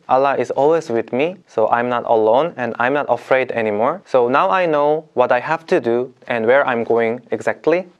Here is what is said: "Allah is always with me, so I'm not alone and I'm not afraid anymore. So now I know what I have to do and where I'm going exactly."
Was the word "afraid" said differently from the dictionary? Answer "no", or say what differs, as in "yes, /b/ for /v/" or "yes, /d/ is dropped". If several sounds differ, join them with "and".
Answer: no